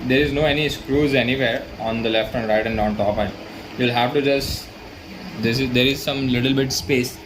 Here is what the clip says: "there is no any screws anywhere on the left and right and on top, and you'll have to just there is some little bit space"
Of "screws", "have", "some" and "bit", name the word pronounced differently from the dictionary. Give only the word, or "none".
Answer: none